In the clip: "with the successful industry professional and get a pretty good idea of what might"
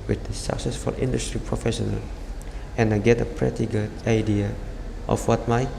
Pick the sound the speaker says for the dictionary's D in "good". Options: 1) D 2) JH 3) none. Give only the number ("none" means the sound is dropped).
3